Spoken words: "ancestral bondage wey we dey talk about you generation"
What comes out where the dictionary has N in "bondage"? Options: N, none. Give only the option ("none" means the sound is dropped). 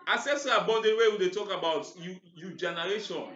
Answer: none